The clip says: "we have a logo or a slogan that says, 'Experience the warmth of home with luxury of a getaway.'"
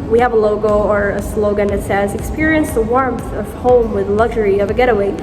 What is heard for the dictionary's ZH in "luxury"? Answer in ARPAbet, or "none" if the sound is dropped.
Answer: ZH